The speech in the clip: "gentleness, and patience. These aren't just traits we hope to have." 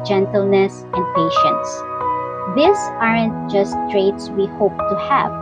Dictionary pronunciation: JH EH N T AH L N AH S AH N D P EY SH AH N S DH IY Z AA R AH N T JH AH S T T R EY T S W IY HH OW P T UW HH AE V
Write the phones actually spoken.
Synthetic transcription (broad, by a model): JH EH N T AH L N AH S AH N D P EY SH AH N S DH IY S AA R AH N T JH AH S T T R EY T S W IY HH OW P T UW HH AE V